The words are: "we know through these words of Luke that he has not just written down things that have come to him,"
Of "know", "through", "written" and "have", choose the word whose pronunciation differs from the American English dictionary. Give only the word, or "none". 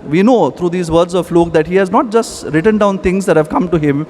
through